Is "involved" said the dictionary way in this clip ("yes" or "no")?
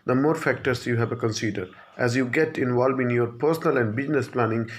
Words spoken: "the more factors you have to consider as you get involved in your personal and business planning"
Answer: no